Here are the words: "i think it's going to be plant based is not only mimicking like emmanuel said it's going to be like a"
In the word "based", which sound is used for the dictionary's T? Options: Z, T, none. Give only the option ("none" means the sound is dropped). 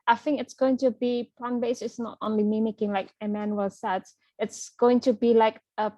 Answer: none